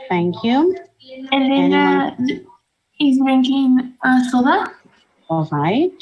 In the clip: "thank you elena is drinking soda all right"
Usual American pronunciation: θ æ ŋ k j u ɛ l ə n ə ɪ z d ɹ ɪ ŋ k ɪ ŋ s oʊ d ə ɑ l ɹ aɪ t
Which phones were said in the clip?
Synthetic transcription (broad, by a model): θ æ ŋ k j u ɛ n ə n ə ɪ z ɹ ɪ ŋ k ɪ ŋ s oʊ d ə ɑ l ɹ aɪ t